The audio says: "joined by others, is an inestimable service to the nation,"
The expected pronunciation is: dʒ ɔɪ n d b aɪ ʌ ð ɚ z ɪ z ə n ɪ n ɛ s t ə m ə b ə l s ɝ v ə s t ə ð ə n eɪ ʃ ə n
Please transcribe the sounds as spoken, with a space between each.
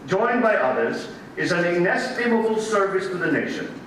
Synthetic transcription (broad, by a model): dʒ ɔɪ n b aɪ ʌ ð ɚ z ɪ z ə n ɪ n ɛ s t ə m ə b ə l s ɝ v ə s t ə ð ə n eɪ ʃ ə n